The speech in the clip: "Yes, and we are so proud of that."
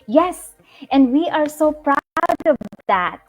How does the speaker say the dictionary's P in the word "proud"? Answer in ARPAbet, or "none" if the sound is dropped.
P